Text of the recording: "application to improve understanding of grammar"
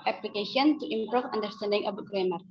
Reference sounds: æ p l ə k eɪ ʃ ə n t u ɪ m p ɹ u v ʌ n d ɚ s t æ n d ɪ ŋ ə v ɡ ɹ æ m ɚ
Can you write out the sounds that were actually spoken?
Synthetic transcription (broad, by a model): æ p l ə k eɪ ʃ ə n t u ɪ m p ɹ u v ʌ n d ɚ s t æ n d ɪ ŋ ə b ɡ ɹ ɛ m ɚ